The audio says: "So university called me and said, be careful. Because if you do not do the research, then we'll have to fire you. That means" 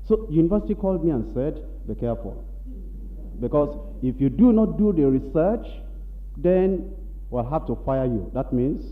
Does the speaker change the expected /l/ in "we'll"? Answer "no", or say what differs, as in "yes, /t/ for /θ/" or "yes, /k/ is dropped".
no